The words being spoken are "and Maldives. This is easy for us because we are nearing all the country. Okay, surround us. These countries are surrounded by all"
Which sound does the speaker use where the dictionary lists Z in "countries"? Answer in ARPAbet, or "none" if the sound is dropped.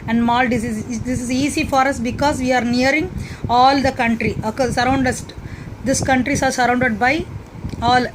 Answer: S